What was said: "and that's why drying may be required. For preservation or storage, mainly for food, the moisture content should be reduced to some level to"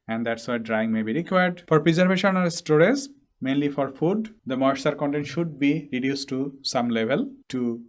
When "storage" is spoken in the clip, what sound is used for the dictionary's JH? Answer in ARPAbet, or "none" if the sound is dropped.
Z